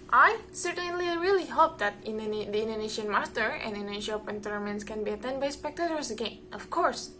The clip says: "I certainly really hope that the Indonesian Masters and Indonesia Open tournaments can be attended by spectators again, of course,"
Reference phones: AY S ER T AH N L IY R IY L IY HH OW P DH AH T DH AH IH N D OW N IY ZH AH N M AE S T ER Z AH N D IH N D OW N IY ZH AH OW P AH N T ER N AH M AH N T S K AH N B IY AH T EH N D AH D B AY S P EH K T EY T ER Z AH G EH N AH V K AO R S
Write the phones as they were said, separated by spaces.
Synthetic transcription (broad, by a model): AY S ER T AH N L IY R IY L IY HH OW P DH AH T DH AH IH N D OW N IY SH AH N M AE S T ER AH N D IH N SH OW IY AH OW P AH N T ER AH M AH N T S K AH N B IY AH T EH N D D B AY S P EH K T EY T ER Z AH G EH N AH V K AO R S